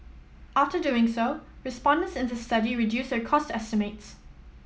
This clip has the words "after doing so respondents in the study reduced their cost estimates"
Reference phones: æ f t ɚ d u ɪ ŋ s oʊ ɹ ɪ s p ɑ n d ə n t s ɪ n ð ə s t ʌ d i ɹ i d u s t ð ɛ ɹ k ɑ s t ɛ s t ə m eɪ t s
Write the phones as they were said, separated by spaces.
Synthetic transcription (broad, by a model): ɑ f t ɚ d u ɪ ŋ s oʊ ɹ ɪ s p ɑ n d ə n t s ɪ n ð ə s t ʌ d i ɹ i d u s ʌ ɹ k ɑ s t ɛ s t ə m eɪ t s